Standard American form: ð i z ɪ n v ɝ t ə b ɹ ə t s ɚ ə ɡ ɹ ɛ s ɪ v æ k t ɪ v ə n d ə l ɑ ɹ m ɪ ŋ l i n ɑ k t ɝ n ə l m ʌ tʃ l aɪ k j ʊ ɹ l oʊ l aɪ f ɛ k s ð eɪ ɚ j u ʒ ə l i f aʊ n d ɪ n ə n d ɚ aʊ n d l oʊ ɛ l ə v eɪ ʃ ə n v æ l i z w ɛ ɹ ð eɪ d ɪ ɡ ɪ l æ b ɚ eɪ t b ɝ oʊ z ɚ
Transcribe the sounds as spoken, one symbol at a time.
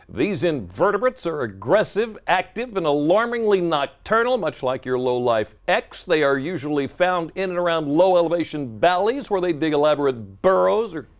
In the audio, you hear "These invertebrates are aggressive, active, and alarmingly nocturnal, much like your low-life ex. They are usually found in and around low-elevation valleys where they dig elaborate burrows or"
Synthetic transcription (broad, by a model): ð i z ɪ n v ɝ t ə b ɹ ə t s ɚ ə ɡ ɹ ɛ s ɪ v æ k t ɪ v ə n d ə l ɑ ɹ m ɪ ŋ l i n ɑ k t ɝ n l m ʌ tʃ l aɪ k j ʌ ɹ l oʊ l aɪ f ɛ k s ð eɪ ɚ j u ʒ ə l i f aʊ n d ɪ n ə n ɚ aʊ n d l oʊ ɛ l ə v eɪ ʃ ə n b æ l i z w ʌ ɹ ð eɪ d ɪ ɡ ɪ l æ b ɚ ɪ t b ɝ oʊ z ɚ